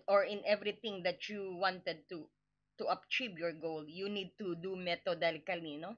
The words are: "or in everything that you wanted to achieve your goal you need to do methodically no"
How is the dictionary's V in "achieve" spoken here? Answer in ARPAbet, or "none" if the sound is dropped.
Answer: B